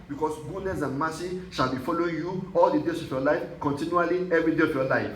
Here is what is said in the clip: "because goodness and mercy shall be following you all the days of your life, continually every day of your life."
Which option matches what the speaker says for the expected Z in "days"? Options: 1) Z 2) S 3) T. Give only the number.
2